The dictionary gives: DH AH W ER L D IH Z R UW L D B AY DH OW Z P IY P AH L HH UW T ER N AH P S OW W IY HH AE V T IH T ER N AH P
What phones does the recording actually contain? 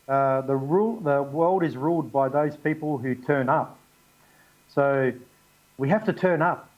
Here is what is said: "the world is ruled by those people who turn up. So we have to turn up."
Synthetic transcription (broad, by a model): DH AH W ER L D IH Z R UW L D B AY DH OW Z P IY P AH L HH UW T ER N AH P S OW W IY HH AE F T IH T ER N AH P